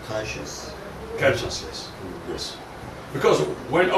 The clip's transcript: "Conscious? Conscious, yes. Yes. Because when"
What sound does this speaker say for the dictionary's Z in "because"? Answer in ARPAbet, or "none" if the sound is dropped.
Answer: Z